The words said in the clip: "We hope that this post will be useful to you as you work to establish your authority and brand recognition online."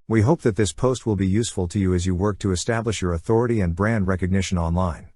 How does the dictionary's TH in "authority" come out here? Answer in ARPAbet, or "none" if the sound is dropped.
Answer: TH